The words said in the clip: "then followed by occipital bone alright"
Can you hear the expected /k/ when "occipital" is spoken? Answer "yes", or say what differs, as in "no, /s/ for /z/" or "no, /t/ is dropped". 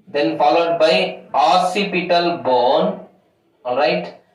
no, /k/ is dropped